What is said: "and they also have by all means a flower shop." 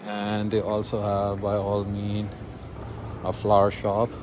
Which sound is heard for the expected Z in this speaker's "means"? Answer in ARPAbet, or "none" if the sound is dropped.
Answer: none